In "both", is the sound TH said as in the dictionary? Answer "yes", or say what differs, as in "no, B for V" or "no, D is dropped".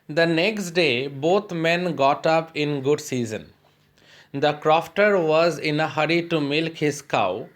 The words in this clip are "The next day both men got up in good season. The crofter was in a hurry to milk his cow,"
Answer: no, T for TH